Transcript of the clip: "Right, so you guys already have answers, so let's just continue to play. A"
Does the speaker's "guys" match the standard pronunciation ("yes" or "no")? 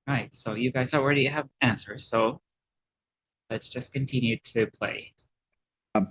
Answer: yes